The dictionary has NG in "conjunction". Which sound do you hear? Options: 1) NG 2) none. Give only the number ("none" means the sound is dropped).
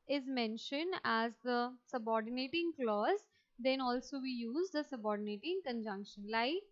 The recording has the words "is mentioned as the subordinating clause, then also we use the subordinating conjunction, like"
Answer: 1